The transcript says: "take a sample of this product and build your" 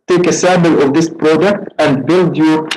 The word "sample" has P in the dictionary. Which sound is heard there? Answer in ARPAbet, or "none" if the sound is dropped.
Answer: B